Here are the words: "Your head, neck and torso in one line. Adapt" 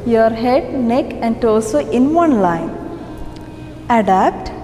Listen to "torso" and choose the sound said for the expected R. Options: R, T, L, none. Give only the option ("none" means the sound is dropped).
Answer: L